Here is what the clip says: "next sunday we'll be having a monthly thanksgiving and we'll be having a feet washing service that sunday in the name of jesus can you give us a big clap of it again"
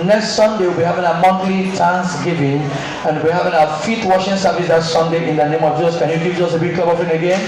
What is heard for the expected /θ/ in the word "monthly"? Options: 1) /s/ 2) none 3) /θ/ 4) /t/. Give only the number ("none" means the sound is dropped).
4